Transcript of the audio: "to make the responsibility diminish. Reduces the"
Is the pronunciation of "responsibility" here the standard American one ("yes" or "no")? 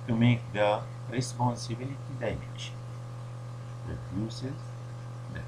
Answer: yes